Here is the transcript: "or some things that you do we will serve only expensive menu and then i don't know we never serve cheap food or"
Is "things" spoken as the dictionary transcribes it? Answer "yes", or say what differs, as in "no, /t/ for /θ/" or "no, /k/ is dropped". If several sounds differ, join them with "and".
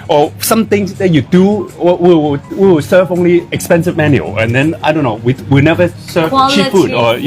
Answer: no, /t/ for /θ/